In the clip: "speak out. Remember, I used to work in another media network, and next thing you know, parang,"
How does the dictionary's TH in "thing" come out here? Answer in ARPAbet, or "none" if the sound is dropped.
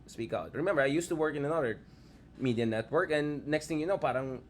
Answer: T